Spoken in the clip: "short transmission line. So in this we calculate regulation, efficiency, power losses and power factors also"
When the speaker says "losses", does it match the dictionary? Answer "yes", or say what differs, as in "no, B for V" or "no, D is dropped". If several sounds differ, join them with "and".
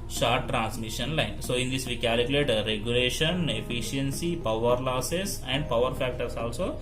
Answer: no, S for Z